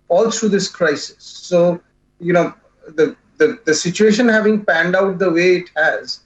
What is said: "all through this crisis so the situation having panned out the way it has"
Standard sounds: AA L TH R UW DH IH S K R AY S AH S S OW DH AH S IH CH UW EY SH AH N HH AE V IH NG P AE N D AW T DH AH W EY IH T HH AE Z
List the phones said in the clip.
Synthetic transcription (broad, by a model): AA L T R UW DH IH S K R AY S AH S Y OW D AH S IH CH UW EY SH AH N HH AE V IH NG P AE N D AW T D AH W EY IH T HH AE Z